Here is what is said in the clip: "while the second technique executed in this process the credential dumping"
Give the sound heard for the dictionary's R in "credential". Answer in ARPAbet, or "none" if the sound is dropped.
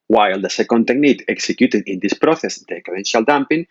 none